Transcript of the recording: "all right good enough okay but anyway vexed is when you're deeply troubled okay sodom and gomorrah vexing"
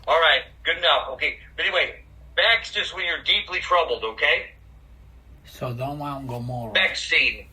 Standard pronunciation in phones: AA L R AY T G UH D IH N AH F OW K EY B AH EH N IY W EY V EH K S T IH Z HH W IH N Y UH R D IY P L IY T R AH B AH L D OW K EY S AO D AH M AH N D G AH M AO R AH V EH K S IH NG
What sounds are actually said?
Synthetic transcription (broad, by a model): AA L R AY T G UH D N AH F OW K EY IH EH N IY W EY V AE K S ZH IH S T W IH N Y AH R D IY P L IY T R AH B L D OW K EY S AO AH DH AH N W G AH UH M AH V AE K S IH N